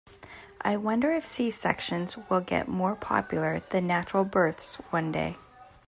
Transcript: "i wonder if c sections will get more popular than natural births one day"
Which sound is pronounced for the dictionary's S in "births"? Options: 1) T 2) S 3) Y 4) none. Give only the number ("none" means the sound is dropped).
2